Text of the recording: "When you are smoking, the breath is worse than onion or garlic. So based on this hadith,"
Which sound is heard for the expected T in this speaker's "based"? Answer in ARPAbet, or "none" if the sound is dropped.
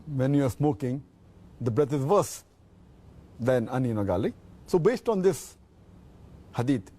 T